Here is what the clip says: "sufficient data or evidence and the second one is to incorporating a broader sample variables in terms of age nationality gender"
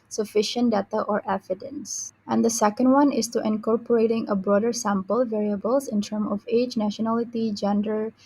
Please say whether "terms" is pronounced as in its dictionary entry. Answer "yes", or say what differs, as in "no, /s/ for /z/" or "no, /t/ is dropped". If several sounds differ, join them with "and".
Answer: no, /z/ is dropped